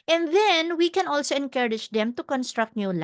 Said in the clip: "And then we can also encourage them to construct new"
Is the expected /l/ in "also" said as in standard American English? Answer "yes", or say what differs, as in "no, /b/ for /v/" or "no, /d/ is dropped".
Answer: yes